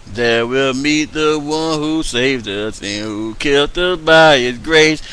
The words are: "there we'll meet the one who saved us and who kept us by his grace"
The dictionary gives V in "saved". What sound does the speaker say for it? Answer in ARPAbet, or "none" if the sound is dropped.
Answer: V